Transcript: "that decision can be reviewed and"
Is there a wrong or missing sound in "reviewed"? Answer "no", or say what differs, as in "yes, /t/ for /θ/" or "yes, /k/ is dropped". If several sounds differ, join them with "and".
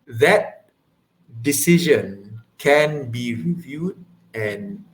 no